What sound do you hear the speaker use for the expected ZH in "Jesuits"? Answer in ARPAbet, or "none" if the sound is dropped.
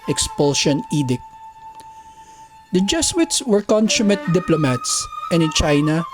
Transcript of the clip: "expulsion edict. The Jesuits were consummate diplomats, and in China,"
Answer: S